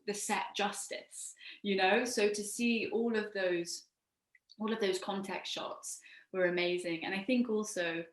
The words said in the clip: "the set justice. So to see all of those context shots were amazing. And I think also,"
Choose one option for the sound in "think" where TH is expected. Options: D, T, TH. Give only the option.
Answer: TH